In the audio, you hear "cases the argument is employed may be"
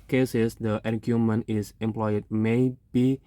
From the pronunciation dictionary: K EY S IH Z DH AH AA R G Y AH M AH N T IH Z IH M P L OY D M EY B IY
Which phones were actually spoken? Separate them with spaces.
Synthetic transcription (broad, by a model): K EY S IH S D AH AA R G Y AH M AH N IH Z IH M P L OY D M EY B IY